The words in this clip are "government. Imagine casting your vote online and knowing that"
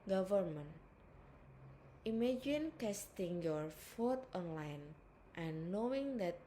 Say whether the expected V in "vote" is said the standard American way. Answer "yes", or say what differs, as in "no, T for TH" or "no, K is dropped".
no, F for V